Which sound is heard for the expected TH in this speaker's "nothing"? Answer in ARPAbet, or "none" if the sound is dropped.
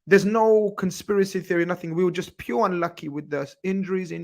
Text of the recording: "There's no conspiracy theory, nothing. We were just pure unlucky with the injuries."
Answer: TH